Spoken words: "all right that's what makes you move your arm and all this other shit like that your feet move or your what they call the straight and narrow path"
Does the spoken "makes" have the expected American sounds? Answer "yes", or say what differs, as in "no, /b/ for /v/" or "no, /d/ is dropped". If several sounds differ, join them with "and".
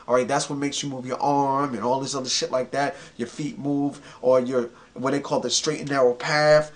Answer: yes